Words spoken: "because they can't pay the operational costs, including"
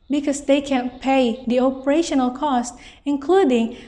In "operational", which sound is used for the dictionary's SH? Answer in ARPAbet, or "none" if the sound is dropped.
SH